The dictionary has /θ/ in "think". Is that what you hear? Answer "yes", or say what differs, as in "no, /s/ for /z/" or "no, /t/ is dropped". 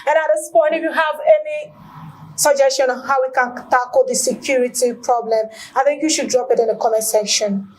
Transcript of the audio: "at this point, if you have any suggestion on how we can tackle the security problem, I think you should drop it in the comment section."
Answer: yes